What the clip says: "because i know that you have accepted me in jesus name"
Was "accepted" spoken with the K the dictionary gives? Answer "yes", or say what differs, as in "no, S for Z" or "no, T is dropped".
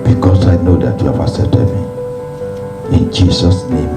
no, K is dropped